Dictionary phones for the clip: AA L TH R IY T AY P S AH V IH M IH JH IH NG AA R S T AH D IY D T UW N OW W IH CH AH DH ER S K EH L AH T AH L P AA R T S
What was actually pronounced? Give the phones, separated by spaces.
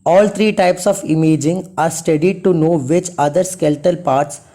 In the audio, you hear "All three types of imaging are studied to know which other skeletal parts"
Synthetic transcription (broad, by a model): AA L T R IY T AY P S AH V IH M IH JH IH NG AA R S T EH D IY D T UW N OW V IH CH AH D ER S K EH L T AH L P AA R T S